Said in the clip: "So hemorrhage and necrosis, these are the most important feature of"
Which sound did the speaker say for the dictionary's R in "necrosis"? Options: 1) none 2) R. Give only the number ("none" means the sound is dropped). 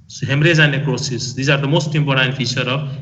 1